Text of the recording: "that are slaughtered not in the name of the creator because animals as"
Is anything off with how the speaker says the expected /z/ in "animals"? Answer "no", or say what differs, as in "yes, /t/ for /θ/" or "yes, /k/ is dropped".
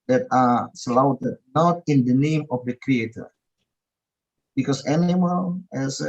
yes, /z/ is dropped